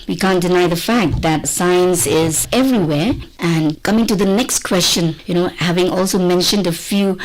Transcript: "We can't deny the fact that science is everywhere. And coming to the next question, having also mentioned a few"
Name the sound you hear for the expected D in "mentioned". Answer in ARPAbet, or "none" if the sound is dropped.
D